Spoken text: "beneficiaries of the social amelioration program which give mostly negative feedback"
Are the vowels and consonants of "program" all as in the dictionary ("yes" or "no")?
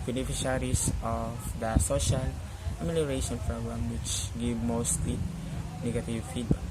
no